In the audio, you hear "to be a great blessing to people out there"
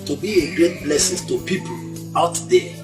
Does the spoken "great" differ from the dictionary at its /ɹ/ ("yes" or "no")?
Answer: no